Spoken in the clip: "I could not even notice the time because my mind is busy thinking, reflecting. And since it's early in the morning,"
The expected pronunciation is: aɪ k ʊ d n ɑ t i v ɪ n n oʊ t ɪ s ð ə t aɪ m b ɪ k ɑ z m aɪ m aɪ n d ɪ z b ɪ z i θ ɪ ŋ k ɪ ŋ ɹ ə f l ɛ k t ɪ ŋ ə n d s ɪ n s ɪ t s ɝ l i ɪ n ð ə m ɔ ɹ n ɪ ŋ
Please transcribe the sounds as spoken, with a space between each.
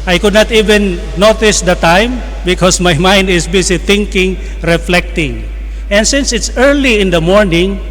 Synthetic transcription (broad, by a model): aɪ k ʊ d n ɑ t i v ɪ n n oʊ t ɪ s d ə t aɪ m b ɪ k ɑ s m aɪ m aɪ n d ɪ s b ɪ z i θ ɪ ŋ k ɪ ŋ ɹ ə f l ɛ k t ɪ ŋ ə n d s ɪ n s ɪ t s ɝ l i ɪ n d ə m ɔ ɹ n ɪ ŋ